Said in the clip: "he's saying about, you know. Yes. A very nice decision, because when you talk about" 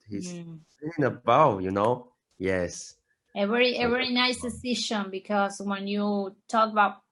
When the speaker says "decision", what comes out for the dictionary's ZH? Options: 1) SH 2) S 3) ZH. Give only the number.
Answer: 1